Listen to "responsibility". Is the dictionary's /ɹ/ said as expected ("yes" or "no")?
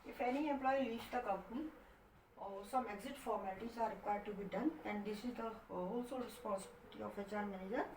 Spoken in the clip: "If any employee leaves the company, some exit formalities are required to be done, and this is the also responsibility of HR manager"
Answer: no